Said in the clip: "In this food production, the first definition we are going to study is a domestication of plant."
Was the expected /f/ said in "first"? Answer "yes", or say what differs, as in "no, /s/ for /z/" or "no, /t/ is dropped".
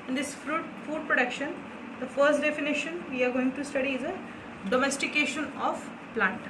yes